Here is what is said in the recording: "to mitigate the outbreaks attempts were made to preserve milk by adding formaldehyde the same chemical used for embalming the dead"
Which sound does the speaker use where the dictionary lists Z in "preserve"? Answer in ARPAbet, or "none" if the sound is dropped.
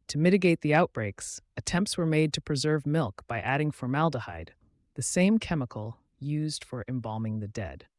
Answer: Z